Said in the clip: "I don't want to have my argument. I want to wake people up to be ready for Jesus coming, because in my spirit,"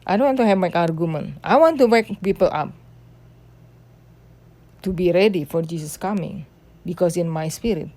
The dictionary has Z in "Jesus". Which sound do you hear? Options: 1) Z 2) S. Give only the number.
2